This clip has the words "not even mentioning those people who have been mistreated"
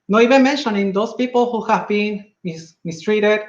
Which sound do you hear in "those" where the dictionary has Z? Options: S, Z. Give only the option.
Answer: S